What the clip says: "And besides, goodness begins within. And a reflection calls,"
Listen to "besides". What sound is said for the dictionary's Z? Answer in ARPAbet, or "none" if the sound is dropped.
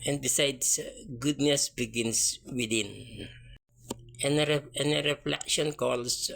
S